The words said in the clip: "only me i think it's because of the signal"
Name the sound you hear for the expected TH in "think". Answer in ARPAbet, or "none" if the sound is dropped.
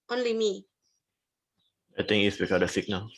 T